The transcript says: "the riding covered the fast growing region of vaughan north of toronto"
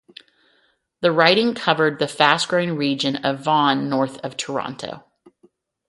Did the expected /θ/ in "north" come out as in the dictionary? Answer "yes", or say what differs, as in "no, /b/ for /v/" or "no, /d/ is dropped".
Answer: yes